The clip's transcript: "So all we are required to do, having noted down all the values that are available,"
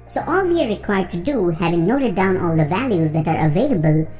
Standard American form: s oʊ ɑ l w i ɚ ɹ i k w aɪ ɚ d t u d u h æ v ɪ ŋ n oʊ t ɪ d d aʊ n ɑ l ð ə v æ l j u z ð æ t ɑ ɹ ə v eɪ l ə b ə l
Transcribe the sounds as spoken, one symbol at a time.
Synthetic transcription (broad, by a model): s oʊ ɑ l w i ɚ ɹ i k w aɪ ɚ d t u d u h æ v ɪ ŋ n oʊ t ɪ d d aʊ n ɑ l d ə v æ l j u z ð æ t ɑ ɹ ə v eɪ l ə b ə l